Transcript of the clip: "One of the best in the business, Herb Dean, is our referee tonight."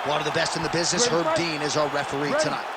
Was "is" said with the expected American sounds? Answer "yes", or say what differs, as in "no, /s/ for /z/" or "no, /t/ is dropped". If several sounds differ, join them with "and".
yes